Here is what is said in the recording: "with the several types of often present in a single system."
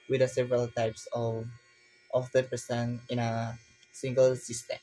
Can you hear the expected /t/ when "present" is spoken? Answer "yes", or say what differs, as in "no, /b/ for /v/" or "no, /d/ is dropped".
no, /t/ is dropped